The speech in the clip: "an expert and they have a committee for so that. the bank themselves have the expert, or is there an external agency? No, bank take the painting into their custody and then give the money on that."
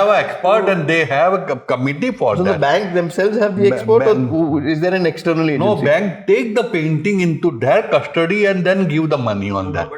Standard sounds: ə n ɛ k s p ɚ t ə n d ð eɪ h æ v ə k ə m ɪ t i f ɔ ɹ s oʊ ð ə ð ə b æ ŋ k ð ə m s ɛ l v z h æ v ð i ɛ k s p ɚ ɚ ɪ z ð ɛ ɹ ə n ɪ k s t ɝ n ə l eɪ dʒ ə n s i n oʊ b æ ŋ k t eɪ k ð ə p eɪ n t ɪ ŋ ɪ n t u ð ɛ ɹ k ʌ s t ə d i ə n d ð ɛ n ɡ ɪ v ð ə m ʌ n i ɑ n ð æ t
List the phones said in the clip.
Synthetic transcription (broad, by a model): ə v ɛ k s p ɚ t ə n d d eɪ h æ v ə k ə m ɪ t i f ɔ ɹ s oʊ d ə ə b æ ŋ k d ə m s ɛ l v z h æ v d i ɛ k s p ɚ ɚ ɪ z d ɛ ɹ ə n ɪ k s t ɝ n ə l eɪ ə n i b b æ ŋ k t eɪ k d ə p eɪ n t ɪ ŋ ɪ n t u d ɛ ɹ k ʌ s t ə d i ə n d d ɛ n ɡ ɪ v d ə m ʌ n i ɑ n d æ t